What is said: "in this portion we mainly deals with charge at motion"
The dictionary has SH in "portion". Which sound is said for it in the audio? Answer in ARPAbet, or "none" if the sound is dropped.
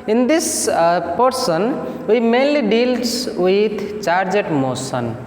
S